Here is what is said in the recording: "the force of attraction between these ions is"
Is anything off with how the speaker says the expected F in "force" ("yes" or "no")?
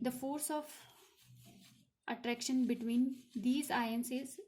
no